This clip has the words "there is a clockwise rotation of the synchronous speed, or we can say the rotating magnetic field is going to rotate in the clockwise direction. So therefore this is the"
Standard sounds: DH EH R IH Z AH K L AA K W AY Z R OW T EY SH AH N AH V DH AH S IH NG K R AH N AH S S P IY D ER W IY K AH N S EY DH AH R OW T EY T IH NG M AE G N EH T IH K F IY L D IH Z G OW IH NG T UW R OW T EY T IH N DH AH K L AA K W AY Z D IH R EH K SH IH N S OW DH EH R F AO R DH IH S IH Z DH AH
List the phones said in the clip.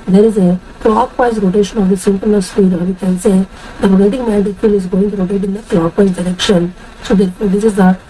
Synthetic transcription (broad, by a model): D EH R IH Z AH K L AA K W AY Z R OW T EY SH AH N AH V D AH S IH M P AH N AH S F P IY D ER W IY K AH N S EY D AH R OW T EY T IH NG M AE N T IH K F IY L IH Z G OW IH NG T UW R OW T EY T IH N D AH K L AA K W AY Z D IH R EH K SH IH N S OW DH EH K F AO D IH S IH Z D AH